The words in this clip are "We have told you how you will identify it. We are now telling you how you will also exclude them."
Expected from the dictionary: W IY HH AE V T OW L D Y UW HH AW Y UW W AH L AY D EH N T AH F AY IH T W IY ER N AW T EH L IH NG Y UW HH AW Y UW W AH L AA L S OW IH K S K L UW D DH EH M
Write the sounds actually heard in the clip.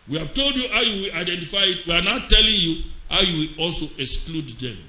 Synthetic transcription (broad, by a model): W IY HH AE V T OW L D Y UW HH AW Y UW W AH L AY D EH N T AH F AY IH T W IY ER N AW T EH L IH NG Y UW HH AW Y UW W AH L AA L S OW IH K S K L UW D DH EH M